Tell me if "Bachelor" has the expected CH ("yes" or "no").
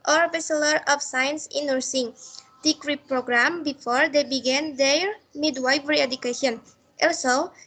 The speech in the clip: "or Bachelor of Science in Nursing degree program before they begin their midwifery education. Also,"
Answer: no